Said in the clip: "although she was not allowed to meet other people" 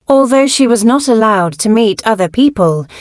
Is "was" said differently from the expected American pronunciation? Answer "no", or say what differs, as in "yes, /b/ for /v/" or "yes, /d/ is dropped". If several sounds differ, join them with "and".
no